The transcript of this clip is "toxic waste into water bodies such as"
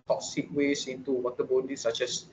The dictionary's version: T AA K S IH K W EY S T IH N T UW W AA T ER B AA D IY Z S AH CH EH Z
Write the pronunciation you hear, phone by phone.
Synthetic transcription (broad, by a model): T AA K S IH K W EY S IH N T UW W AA T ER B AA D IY S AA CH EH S